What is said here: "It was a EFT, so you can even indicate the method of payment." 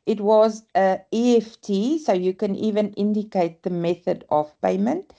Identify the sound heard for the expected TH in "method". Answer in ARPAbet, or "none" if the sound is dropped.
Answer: TH